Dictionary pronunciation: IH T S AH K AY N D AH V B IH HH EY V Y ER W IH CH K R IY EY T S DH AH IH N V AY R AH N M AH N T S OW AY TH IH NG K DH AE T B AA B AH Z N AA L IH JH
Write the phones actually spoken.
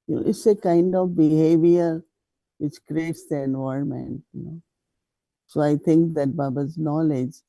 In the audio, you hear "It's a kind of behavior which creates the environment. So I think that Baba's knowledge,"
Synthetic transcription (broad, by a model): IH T S AH K AY N D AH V B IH HH EY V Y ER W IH CH K R IY EY T S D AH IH N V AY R M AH N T S OW AY T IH NG K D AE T B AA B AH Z N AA L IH JH